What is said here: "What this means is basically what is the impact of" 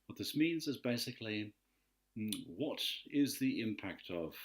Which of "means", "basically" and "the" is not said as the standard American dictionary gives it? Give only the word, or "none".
none